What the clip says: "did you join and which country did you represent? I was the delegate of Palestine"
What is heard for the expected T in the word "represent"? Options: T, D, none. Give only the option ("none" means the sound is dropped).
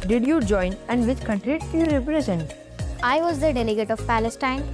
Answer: none